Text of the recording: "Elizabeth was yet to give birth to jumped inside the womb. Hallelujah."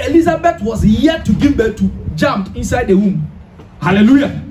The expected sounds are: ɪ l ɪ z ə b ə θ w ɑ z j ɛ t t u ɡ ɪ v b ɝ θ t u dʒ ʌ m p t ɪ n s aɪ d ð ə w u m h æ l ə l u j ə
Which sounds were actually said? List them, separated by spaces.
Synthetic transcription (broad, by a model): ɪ l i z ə b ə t w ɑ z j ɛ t t u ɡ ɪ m b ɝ t u dʒ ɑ m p ɪ n s aɪ d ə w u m h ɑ l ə l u j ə